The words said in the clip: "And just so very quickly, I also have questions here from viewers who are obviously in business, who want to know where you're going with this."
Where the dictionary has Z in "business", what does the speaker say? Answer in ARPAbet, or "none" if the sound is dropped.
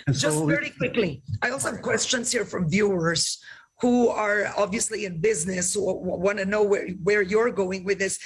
Z